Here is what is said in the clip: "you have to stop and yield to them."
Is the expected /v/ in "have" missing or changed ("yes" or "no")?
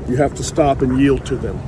yes